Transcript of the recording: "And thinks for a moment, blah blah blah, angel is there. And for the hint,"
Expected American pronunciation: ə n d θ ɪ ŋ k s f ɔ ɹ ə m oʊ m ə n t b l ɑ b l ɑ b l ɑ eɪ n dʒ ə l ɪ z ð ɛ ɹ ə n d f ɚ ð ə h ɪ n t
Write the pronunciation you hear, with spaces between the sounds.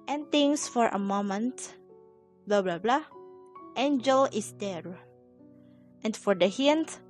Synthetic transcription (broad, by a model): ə n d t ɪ ŋ s f ɔ ɹ ə m oʊ m ə n t b l ɑ b l ɑ b l ɑ eɪ n dʒ ə l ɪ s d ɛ ɹ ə n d f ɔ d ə h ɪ n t